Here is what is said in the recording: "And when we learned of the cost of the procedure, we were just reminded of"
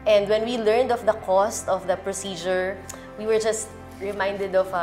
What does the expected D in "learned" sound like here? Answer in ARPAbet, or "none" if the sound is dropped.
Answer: D